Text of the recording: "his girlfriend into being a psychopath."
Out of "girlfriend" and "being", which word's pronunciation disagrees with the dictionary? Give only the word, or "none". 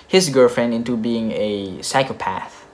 none